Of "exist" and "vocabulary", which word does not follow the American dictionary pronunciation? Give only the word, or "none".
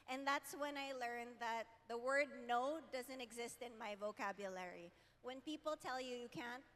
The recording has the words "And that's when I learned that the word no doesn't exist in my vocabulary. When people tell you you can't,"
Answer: none